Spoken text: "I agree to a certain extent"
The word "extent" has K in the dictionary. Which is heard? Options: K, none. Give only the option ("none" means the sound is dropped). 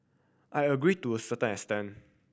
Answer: none